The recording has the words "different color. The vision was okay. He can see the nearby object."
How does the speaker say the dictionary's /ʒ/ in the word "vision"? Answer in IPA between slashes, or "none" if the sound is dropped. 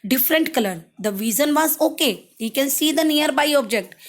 /z/